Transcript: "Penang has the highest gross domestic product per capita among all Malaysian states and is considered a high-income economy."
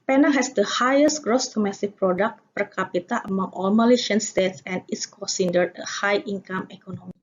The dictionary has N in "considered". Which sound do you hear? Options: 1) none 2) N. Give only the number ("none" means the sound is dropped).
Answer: 1